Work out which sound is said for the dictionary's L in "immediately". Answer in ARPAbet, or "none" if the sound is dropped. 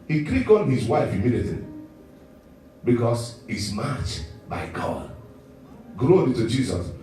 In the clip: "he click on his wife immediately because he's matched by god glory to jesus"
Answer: none